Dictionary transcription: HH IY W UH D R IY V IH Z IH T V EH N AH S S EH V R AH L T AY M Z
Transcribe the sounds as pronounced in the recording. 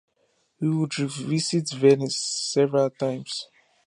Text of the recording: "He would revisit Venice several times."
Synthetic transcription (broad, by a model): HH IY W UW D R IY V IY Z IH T V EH N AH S S EH V R AH L T AY M S